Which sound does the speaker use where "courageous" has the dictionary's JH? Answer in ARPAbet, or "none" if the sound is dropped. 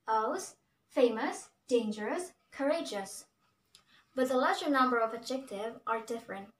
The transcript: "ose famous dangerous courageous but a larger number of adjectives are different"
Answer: JH